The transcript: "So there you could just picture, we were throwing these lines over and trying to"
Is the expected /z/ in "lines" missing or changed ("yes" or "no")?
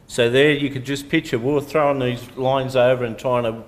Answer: no